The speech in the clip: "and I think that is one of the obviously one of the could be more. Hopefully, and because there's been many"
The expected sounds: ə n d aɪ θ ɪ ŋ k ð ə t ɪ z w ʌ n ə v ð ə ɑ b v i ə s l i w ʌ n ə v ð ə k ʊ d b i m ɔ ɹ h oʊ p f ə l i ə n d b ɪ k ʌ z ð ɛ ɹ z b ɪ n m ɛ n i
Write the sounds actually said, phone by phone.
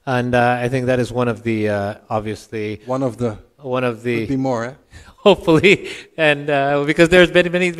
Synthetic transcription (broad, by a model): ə n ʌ aɪ θ ɪ ŋ k ð ə t ɪ z w ʌ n ə v ð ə ɑ b v i ə s l i w ʌ n ə v ð ə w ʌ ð b i m ɔ ɹ h oʊ p f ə l i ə n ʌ b ɪ k ʌ z ð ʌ ɹ z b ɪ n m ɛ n i